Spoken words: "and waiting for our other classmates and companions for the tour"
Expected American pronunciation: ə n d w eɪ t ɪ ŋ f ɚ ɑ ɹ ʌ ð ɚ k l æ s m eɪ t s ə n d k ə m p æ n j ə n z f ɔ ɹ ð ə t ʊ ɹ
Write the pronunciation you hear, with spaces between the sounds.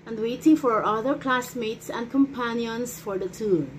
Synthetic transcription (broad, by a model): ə n d w eɪ t ɪ ŋ f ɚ ɑ ɹ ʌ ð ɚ k l æ s m eɪ t s ə n d k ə m p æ n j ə n s f ɔ ɹ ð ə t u